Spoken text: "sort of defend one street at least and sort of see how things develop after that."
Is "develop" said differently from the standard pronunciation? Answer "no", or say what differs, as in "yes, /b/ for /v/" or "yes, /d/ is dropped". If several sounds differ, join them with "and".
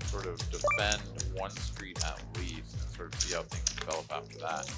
yes, /b/ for /p/